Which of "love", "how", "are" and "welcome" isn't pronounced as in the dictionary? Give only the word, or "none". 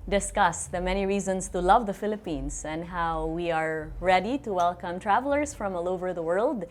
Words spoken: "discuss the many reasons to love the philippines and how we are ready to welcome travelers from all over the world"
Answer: none